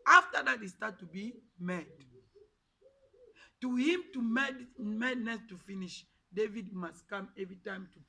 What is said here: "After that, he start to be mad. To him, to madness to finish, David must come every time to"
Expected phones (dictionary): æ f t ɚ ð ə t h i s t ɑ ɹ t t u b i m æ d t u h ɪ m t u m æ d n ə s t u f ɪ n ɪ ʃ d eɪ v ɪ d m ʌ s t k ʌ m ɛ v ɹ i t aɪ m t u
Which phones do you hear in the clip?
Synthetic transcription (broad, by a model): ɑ f t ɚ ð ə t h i s t ɑ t t u b i m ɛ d t u h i m t u m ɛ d n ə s t u f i n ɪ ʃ d eɪ v ɪ d m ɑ s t k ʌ m ɛ v ɹ i t aɪ m t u